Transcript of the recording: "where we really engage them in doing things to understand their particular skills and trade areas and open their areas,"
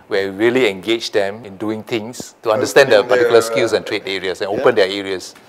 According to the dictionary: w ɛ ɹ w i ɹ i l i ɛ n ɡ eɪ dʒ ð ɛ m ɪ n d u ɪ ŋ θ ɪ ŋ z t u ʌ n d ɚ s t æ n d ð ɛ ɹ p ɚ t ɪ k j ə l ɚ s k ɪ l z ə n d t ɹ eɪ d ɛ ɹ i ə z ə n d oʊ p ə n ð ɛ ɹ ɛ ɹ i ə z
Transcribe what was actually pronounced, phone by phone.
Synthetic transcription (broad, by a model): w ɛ ɹ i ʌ l i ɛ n ɡ eɪ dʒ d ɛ m ɪ n d u ɪ ŋ t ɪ ŋ s t u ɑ n d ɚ s t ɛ n d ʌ p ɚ t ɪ k j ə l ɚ s k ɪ l s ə n t ɹ eɪ d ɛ ɹ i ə s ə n oʊ p ə n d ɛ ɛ ɹ i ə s